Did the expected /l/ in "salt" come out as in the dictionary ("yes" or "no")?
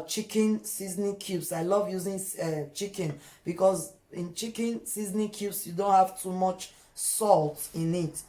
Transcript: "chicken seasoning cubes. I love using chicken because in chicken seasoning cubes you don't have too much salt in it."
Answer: yes